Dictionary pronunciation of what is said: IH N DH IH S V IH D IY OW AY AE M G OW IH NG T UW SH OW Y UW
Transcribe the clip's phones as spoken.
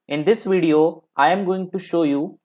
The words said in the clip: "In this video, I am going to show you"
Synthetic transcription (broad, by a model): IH N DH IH S V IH D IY OW AY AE M G OW IH NG T UW SH OW Y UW